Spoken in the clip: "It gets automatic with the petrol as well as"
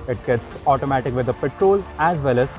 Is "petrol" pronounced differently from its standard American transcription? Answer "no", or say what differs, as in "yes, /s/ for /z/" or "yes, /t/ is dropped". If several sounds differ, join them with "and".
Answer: no